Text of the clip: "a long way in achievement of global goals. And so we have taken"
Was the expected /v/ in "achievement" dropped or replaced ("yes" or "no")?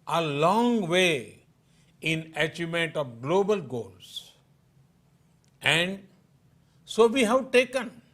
yes